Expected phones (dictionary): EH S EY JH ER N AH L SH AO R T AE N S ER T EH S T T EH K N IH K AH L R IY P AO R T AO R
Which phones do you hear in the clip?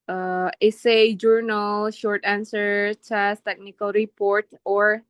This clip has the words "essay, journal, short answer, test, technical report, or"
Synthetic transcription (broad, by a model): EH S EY JH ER N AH L SH AO R T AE N S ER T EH S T T EH K N IH K AH L R IY P AO R T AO R